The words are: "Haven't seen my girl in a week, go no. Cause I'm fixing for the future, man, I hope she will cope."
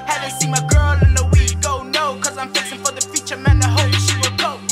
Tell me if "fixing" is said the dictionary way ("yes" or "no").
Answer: no